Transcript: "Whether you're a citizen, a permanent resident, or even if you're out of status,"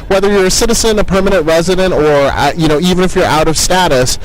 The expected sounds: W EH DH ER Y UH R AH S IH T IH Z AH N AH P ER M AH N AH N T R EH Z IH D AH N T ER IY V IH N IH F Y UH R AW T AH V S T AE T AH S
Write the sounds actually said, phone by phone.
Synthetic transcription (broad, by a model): W EH DH ER Y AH R AH S IH T IH Z AH N AH P ER M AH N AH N T R EH Z IH D AH N T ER IY V IH N IH F Y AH R AW T AH V S T AE T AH S